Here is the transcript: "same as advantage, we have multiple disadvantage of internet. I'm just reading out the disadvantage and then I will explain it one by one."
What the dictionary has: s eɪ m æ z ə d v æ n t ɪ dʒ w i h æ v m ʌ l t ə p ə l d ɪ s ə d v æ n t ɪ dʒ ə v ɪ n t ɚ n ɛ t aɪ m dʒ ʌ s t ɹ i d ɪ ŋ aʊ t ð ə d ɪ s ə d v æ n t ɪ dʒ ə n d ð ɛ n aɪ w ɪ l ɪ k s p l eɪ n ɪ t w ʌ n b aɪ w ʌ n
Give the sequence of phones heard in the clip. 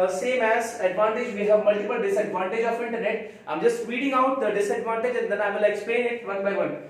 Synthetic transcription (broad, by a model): s eɪ m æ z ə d v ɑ n t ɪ dʒ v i h æ v m ʌ l t ə p ə l d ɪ s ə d v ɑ n t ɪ dʒ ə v ɪ n t ɚ n ɛ t aɪ m dʒ ʌ s t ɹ i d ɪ ŋ aʊ t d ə d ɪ s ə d v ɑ n t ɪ dʒ ə n d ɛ n aɪ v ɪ l ɪ k s p l eɪ n ɪ t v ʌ n b aɪ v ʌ n